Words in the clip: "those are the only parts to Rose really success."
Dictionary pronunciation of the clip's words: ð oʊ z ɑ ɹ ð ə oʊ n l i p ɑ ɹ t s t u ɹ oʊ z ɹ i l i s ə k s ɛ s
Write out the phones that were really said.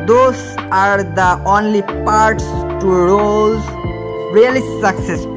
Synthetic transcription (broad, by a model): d oʊ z ɑ ɹ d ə oʊ n l i p ɑ ɹ t s t u ɹ oʊ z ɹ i l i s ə k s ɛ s